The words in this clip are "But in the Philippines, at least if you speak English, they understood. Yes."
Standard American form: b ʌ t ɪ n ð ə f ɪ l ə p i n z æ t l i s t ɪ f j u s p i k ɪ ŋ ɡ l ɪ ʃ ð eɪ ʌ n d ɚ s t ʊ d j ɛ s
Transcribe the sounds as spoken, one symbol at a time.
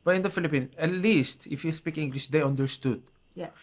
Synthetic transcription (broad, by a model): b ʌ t ɪ n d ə f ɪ l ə p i n æ t l i s t ɪ f j u s p i k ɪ ŋ ɡ l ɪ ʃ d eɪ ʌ n d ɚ s t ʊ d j